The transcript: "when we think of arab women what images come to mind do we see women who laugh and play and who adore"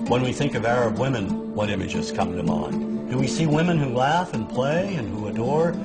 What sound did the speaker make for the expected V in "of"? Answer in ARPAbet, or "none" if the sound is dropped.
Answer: V